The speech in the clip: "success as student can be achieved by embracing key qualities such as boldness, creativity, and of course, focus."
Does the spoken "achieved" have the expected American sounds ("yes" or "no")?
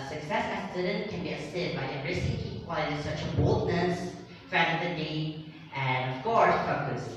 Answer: no